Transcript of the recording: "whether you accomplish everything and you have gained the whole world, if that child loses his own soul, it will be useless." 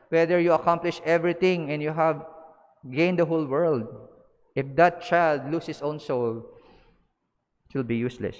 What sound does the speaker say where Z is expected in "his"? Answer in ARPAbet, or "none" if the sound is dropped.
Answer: S